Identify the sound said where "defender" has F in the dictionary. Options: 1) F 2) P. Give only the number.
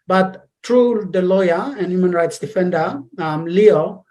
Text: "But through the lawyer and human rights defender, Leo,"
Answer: 1